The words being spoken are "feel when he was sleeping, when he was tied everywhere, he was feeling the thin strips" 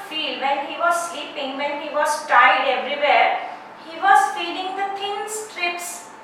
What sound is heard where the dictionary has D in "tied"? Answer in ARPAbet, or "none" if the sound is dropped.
D